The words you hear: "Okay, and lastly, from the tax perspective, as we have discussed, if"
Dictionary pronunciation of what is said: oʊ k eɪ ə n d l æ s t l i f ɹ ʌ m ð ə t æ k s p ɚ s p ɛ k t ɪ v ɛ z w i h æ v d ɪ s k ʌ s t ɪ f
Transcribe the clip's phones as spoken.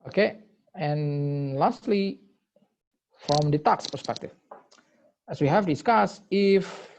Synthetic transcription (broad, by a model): oʊ k eɪ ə n l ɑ s t l i f ɹ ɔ m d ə t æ k s p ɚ s p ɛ k t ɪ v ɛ s w i h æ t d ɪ s k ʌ s ɪ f